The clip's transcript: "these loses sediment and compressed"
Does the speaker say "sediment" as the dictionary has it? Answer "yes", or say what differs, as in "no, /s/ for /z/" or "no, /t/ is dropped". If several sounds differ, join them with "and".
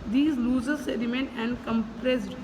no, /t/ is dropped